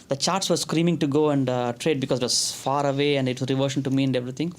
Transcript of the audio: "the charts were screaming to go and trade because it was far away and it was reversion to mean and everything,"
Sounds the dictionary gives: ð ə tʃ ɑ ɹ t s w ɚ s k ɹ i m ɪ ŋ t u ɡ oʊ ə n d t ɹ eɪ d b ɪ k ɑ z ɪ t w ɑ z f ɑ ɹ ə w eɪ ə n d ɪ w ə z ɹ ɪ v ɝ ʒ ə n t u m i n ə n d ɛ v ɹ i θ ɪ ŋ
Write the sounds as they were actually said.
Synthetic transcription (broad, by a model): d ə tʃ ɑ ɹ t s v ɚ s k ɹ i m ɪ ŋ t u ɡ oʊ ə n d t ɹ eɪ d b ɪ k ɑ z ɪ t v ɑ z f ɑ ɹ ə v eɪ ə n d ɪ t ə ɹ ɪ v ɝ ʃ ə n t u m i ə n d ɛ v ɹ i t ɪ ŋ